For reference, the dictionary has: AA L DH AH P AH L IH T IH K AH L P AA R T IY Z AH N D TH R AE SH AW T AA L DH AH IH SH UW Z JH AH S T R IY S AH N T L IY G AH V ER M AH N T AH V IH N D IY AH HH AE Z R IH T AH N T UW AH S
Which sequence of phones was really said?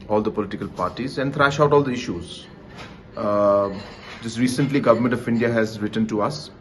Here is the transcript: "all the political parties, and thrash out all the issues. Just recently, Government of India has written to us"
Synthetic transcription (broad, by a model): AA L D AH P AH L IH T IH K AH L P AA R T IY Z AH N D T R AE SH AW T AA L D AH IH SH UW Z JH AH S T R IY S AH N T L IY G AH V ER M AH N T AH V IH N D IY AH HH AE Z R IH T AH N T UW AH S